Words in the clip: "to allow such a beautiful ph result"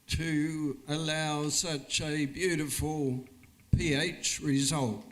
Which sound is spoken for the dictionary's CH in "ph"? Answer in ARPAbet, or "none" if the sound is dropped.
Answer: CH